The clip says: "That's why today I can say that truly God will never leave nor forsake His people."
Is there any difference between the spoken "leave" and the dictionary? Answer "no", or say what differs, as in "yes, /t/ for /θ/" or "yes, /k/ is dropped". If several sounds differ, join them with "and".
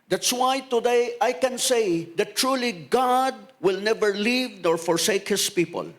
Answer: no